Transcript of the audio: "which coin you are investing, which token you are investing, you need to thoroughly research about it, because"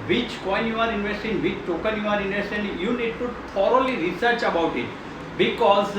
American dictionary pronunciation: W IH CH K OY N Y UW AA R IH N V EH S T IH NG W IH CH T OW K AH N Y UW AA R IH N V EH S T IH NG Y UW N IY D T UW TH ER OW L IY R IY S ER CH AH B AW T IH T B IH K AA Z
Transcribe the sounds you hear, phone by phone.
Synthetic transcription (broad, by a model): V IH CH K OY N Y UW AA R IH N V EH S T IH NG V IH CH T OW K AH N Y UW AA R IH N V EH S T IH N Y UW N IY D T UW T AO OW L IY R IY S ER CH AH B AW T IH T B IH K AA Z